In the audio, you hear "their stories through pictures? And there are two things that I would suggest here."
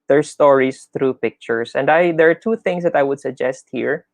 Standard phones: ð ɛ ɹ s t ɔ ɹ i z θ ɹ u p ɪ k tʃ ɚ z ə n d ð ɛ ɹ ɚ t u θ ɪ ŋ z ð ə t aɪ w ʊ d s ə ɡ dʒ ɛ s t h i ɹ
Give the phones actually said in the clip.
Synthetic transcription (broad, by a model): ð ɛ ɹ s t ɔ ɹ i s θ ɹ u p ɪ k tʃ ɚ s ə n d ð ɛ ɹ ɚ t u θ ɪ ŋ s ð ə t aɪ w ʊ d s ə ɡ dʒ ɛ s t h i ɹ